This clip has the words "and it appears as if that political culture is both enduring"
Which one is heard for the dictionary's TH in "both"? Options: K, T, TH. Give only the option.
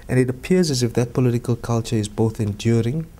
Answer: TH